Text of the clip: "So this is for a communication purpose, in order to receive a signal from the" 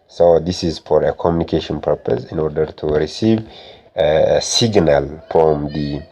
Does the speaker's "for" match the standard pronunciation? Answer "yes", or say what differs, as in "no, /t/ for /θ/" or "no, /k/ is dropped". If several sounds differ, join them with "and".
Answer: yes